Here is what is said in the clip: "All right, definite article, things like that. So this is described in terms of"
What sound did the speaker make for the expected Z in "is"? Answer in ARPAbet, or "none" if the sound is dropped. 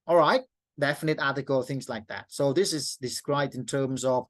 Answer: Z